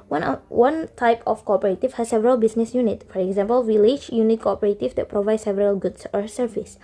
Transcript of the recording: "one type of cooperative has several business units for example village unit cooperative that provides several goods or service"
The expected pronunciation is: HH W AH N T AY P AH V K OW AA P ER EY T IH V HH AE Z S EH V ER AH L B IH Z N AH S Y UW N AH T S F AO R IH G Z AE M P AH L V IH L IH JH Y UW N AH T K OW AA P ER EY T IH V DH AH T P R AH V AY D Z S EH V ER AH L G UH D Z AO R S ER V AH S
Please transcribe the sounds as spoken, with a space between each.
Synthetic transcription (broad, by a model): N W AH N T AY P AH F K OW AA P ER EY T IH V HH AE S S EH V ER AH L B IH S N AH S Y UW N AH T F AO R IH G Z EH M P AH L W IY L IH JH Y UW N AH T K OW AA P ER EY T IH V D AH T P R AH V AY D S EH V ER AH L G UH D S AO R S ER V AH S